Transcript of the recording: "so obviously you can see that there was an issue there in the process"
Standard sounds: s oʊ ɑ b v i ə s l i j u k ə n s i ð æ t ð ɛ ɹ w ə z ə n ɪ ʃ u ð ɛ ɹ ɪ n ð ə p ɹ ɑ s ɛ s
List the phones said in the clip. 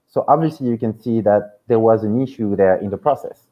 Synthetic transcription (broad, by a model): s oʊ ɑ b v i ə s l i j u k ə n s i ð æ t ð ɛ ɹ w ə z ə n ɪ ʃ u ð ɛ ɹ ɪ n ð ə p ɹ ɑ s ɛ s